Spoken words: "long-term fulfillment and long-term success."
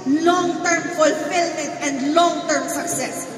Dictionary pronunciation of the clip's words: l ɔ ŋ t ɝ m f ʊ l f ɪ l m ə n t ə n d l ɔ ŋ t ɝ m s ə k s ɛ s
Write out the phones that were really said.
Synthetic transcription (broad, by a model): l ɔ ŋ t ɝ m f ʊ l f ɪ l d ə t ə n d l ɔ ŋ t ɝ m s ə k s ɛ s